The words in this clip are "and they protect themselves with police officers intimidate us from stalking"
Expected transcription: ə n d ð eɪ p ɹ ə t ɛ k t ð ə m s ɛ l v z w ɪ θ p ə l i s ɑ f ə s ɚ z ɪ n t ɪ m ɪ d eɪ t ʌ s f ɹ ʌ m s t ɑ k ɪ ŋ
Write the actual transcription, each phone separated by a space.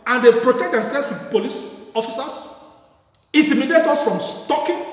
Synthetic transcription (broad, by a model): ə n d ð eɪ p ɹ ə t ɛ k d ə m s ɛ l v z w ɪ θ p ə l i s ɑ f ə s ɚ s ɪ n t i m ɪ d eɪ t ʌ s f ɹ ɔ m s t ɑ k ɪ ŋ